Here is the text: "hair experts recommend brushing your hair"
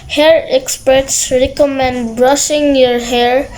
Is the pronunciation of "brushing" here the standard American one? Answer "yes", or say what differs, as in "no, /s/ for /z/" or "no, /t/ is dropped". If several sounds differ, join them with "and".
yes